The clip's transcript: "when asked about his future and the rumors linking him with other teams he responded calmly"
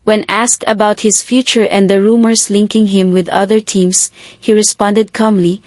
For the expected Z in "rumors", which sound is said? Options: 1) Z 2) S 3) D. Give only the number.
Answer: 2